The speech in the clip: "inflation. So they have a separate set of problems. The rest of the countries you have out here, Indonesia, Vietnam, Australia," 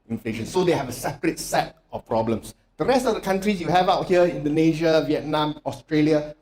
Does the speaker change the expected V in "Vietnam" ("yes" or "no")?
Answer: no